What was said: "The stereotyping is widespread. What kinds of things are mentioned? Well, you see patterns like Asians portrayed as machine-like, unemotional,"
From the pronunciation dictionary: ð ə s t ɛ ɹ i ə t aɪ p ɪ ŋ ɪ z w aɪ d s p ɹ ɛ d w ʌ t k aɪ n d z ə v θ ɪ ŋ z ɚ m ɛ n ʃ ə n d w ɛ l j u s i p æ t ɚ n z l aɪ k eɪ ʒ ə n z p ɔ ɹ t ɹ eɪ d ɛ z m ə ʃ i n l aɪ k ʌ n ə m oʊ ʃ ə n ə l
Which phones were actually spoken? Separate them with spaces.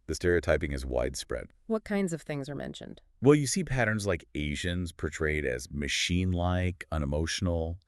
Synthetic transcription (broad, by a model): ð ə s t ɛ ɹ i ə t aɪ p ɪ ŋ ɪ z w aɪ d s p ɹ ɛ d w ʌ t k aɪ n d z ə v θ ɪ ŋ z ɚ m ɛ n ʃ ə n d w ɛ l j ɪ s i p æ t ɚ n z l aɪ k eɪ ʒ ə n z p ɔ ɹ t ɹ eɪ d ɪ z m ə ʃ i n l aɪ k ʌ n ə m oʊ ʃ n l